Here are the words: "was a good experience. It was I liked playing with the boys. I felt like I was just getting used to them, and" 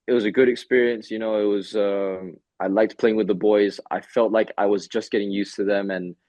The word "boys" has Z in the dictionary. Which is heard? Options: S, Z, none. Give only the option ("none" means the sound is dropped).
Z